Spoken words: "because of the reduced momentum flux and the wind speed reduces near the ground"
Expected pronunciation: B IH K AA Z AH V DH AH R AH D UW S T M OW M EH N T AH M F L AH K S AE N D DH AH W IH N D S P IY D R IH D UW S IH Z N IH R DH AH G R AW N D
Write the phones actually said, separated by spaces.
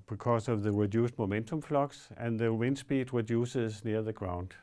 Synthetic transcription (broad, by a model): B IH K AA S AH V DH AH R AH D UW S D M OW M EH N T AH M F L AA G S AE N DH AH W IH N S B IY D R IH D UW S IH S N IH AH DH AH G R AW N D